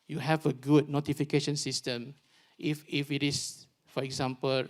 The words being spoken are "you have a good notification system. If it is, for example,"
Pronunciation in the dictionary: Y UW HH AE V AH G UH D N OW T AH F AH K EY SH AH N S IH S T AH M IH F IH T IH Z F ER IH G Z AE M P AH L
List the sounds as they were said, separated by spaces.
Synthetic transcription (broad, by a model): Y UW HH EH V AH G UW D N OW T AH F AH K EY SH AH N S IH S T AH M IH F IH T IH S F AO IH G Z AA M P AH L